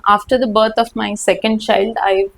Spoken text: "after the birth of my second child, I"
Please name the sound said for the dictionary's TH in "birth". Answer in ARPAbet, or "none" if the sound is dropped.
T